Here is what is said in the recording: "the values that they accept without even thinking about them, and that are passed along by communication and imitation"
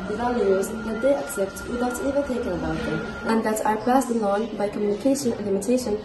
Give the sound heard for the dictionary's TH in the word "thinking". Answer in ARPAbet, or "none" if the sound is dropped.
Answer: T